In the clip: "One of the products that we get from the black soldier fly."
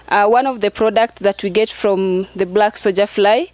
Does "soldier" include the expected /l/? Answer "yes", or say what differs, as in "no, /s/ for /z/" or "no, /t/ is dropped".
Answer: no, /l/ is dropped